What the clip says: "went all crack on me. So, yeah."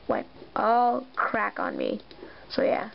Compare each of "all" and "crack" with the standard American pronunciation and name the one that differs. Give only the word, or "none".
none